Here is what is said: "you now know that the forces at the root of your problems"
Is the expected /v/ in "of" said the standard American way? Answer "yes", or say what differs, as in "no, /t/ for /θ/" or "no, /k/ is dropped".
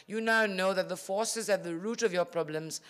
yes